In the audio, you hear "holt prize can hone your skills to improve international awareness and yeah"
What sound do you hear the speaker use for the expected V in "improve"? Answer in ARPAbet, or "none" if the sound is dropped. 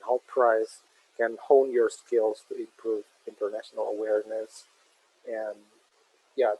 V